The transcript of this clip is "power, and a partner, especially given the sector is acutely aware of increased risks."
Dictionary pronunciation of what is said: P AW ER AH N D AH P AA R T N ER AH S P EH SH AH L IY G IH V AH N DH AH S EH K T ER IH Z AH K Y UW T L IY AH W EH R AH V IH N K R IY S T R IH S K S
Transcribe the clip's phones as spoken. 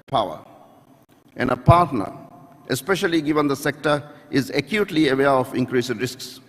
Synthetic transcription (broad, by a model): P AW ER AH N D AH P AA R T N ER AH S P EH SH AH L IY G IH V AH N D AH S EH K T ER IH Z AH K Y UW T L IY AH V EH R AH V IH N K R IY S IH R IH S K S